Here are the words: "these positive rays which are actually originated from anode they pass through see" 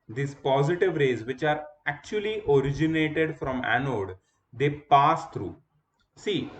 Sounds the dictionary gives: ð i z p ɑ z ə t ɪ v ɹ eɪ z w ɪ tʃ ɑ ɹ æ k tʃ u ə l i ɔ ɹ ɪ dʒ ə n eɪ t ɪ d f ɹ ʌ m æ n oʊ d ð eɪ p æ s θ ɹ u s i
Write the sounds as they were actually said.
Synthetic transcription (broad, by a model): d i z p ɑ z ə t ɪ v ɹ eɪ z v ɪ tʃ ɑ ɹ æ k tʃ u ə l i ɔ ɹ ɪ dʒ ə n eɪ t ɪ d f ɹ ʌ m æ n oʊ d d eɪ p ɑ s t ɹ u s i